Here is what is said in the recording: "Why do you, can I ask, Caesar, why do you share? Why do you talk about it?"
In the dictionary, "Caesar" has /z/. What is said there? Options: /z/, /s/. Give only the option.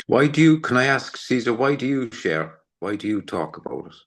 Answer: /z/